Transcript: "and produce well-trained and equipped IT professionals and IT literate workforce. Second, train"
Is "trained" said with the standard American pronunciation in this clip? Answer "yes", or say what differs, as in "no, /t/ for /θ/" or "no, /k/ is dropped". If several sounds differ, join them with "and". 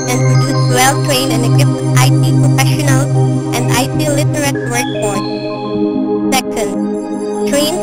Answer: no, /d/ is dropped